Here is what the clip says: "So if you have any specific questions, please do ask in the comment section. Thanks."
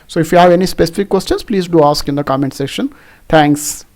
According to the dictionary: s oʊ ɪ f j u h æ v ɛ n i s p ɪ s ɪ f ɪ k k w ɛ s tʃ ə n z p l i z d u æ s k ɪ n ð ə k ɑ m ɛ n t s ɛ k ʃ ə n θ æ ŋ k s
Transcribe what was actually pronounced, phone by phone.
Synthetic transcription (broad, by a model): s oʊ ɪ f j u h æ v ɛ n i s p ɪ s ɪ f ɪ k k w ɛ s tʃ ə n s p l i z d u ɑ s k ɪ n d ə k ɑ m ɛ n t s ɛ ʃ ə n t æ ŋ k s